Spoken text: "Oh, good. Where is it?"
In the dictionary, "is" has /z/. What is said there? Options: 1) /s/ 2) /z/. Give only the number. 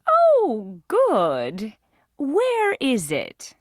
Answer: 2